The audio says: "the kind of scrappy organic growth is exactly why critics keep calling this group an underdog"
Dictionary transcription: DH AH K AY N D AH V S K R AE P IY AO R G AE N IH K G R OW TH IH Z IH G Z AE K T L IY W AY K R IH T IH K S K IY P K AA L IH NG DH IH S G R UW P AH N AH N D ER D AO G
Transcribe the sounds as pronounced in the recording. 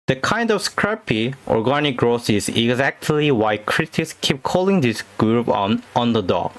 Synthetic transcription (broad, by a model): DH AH K AY N D AH V S K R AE P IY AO R G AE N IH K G R OW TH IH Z IH G Z AE K T L IY W AY K R IH T IH K S K IY P K AA L IH NG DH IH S G R UW P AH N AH N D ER D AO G